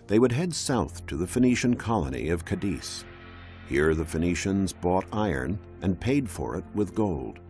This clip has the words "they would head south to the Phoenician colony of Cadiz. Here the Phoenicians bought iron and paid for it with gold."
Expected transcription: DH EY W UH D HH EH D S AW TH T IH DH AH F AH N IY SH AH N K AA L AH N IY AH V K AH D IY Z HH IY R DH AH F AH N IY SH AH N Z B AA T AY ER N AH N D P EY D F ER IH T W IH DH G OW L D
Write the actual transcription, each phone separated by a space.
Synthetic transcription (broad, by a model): DH EY W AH D HH EH D S AW TH T IH DH AH F AH N IY SH AH N K AA L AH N IY AH V K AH D IY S HH IY R DH AH F AH N IY SH AH N Z B AA T AY ER N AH N P EY D F ER IH T W IH DH G OW L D